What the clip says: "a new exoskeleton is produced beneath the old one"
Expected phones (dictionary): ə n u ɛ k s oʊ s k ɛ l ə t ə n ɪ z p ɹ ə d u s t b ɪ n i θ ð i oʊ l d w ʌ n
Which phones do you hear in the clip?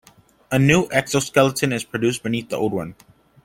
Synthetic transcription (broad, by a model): ə n u ɛ k s oʊ s k ɛ l ə t ə n ɪ z p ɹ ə d u s b ɪ n i θ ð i oʊ l d w ʌ n